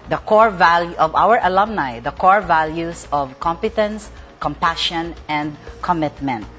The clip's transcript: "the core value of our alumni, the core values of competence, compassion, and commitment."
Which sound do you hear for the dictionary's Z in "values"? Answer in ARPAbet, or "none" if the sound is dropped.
S